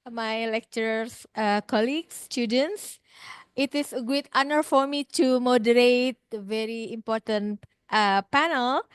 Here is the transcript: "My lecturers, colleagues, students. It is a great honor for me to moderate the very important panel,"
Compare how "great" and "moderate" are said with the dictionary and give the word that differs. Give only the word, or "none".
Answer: great